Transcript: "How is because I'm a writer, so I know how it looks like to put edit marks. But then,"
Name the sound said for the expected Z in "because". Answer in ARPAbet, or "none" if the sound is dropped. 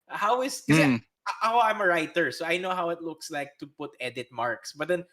none